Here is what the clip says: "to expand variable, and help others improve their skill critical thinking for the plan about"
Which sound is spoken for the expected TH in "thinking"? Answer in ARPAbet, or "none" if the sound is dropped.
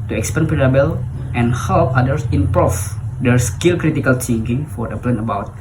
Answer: T